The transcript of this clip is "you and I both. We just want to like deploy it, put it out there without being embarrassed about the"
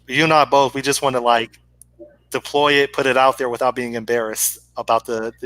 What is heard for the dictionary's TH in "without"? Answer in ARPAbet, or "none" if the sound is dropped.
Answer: TH